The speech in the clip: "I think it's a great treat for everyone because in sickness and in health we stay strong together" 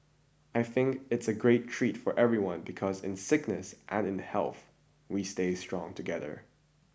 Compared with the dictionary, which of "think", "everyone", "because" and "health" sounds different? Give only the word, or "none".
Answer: none